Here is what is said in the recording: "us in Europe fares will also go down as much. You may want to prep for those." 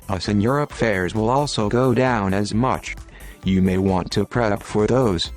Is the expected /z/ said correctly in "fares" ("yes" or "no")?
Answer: yes